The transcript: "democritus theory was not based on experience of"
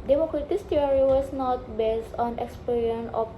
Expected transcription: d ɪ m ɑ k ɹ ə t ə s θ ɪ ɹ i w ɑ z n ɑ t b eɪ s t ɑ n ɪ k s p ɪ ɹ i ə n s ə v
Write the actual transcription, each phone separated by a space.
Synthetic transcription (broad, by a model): d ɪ m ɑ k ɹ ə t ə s t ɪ ɹ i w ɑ s n ɑ t b eɪ s t ɑ n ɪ k s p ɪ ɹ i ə n ə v